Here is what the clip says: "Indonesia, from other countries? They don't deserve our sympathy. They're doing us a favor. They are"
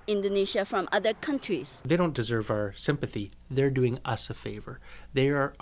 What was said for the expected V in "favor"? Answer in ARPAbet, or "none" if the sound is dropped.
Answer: V